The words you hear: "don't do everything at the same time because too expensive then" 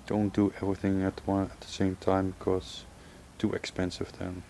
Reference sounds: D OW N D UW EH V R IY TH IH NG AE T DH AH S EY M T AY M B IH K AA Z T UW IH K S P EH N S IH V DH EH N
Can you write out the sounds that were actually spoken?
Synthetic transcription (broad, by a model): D OW N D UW EH V R IY TH IH NG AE T DH AH S EY M T AY M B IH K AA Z T UW IH K S P EH N S IH V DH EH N